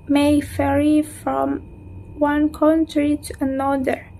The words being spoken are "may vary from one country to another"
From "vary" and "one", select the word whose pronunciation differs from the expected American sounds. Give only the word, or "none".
vary